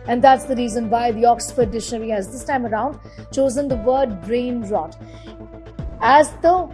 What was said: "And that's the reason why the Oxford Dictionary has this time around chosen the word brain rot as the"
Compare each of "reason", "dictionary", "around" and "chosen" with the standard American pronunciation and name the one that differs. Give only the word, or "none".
dictionary